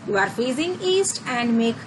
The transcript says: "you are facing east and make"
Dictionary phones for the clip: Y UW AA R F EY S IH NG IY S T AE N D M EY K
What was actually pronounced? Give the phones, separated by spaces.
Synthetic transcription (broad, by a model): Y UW AA R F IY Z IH NG IY S T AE N D M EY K